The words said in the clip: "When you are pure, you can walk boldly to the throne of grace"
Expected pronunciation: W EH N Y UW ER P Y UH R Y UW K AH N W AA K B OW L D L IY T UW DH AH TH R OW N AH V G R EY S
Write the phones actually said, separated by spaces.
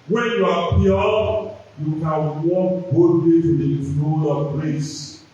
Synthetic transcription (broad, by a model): W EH N Y UW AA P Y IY Y UW K AH N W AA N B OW D IY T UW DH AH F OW L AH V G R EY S